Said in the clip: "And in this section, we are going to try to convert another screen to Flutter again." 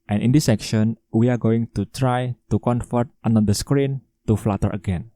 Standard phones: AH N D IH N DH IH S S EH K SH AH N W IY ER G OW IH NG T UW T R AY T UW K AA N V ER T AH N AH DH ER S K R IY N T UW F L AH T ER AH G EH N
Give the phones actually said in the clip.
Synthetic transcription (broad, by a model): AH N IH N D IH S S EH K SH AH N W IY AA G OW IH NG T UW T R AY T UW K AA N F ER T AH N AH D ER S K R IY N T UW F L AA T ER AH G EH N